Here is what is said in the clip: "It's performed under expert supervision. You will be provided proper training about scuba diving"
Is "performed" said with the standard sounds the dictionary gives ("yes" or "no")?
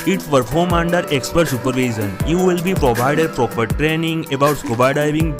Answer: no